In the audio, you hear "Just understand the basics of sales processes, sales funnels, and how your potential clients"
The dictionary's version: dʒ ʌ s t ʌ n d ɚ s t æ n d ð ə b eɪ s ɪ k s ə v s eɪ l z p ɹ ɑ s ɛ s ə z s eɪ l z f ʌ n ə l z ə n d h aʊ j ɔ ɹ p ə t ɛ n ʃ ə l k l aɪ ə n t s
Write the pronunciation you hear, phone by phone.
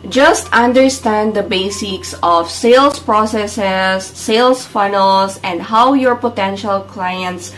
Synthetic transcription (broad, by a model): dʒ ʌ s t ʌ n d ɚ s t æ n d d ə b eɪ s ɪ k s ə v s eɪ l s p ɹ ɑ s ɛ s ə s eɪ l s f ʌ n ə l s ə n d h aʊ j ɔ ɹ p ə t ɛ n ʃ ə l k l aɪ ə n t s